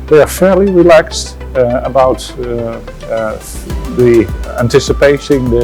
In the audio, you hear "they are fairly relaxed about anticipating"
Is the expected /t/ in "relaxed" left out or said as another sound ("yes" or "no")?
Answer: no